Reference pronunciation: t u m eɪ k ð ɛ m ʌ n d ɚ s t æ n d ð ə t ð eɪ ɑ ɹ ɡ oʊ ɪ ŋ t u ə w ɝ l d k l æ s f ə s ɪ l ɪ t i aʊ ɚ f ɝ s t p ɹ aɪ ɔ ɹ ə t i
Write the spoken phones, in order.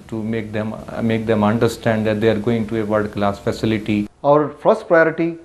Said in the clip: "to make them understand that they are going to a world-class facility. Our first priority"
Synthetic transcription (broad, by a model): t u m eɪ k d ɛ m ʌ n d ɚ s t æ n d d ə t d eɪ ɑ ɹ ɡ oʊ ɪ ŋ t u ə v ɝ d k l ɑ s f ə s ɪ l ɪ t i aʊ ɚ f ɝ s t p ɹ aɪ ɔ ɹ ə t i